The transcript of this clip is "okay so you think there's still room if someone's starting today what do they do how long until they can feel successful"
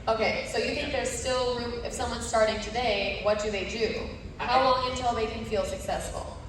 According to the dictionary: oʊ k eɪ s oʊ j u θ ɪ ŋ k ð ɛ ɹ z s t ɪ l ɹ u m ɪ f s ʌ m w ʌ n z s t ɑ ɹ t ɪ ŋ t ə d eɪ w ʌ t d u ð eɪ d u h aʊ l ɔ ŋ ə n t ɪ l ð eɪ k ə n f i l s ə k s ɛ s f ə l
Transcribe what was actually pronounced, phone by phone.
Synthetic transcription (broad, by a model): oʊ k eɪ s oʊ j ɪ θ ɪ ŋ k ð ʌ ɹ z s t ɪ l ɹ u ɪ f s ʌ m w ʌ n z s t ɑ ɹ t ɪ ŋ t ə d eɪ w ʌ t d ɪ ð eɪ d u h aʊ w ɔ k ə n t ɪ l ð eɪ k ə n f i l s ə k s ɛ s f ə l